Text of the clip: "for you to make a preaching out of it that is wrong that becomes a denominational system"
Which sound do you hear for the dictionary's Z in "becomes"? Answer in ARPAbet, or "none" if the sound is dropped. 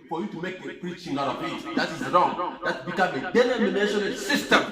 none